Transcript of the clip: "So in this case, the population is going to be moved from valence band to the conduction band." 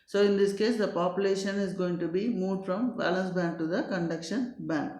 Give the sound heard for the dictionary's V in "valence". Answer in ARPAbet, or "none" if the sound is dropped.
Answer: B